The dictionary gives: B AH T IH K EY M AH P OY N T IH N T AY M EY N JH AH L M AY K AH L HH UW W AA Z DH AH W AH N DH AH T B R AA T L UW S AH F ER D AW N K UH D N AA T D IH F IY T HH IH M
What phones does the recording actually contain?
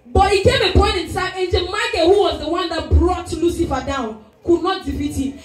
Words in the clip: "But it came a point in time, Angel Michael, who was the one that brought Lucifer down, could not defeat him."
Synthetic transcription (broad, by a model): B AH T IH K EY M AH P OY N T IH N S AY EY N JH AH M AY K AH HH UW W AA Z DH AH W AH N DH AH T B R AA T L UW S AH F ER D AW N K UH D N AA T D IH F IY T HH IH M